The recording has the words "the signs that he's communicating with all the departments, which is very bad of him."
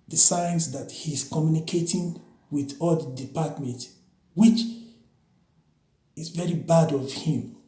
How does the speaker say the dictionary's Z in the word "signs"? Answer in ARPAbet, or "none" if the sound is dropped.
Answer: S